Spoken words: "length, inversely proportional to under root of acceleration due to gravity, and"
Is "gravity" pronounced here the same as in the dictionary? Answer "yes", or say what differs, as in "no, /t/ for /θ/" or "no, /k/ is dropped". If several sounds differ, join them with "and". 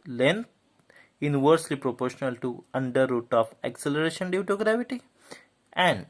yes